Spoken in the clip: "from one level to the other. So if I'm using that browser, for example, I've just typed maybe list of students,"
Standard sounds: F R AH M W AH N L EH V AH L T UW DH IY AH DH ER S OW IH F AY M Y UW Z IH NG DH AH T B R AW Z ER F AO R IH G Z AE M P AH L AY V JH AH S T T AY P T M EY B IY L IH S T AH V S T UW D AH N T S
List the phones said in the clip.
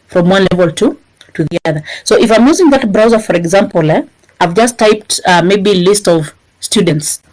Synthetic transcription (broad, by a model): F R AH M W AH N L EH V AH L T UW DH IY AH DH ER S OW IH F AY M Y UW Z IH NG DH AH T B R AW Z ER F AO R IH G Z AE M P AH L AY V JH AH S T T AY P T M EY B IY L IH S T AH V S T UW D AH N T S